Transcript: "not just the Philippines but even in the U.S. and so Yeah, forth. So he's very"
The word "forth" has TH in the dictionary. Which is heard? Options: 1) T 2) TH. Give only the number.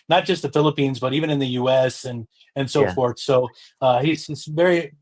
2